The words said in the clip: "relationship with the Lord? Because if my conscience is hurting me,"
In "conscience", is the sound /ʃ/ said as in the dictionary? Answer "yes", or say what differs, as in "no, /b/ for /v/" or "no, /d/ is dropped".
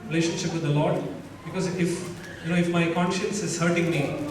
yes